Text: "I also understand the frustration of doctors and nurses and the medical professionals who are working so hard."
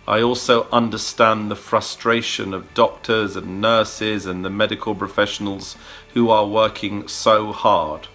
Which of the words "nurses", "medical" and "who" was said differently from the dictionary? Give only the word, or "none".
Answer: none